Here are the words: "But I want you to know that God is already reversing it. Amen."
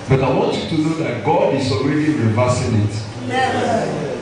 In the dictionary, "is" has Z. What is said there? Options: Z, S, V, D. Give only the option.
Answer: S